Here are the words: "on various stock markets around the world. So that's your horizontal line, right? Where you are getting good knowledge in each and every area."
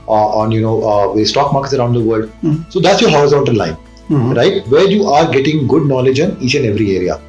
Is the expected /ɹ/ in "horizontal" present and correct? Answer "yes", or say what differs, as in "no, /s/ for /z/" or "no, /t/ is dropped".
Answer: no, /ɹ/ is dropped